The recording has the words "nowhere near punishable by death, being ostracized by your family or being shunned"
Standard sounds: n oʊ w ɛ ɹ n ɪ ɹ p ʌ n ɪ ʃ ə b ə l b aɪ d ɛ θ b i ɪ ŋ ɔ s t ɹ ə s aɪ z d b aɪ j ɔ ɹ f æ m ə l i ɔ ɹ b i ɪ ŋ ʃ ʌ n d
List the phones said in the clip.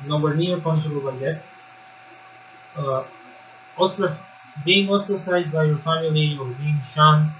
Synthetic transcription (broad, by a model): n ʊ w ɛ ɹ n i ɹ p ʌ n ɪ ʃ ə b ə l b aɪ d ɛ s b i ɪ ŋ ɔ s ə s aɪ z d b aɪ j ɔ ɹ f æ m ə l i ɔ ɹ b i ɪ ŋ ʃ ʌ n